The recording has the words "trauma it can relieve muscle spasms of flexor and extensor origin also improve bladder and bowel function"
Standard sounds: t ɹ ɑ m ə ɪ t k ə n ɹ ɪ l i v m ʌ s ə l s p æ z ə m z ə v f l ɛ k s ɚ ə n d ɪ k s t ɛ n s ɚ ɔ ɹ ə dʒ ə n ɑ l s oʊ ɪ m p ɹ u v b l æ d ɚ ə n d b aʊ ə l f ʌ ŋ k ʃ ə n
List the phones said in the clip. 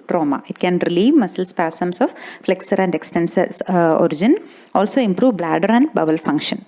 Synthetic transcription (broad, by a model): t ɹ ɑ m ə ɪ t k ə n ɹ ɪ l i v m ʌ s ə l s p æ s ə m s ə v f l ɛ k s ɚ ə n d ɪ k s t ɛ n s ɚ ɔ ɹ ə dʒ ə n ɑ l s oʊ ɪ m p ɹ u v b l æ d ɚ ə n d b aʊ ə l f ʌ ŋ k ʃ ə n